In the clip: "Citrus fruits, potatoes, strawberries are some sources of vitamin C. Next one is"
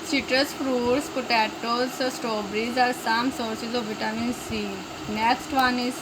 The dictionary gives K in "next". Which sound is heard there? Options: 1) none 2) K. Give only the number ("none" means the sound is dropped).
1